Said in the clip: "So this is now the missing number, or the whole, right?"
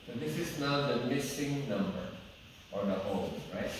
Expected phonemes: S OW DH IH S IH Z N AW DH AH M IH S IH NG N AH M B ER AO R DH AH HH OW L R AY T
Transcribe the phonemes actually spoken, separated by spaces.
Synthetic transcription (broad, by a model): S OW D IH S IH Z N AW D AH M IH S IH NG N AH M B ER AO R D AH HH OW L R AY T